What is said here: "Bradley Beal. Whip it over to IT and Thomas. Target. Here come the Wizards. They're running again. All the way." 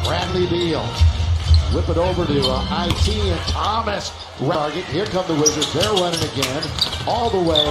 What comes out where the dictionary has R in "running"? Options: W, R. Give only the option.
W